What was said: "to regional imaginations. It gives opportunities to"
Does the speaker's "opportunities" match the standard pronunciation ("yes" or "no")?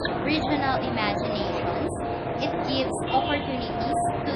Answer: no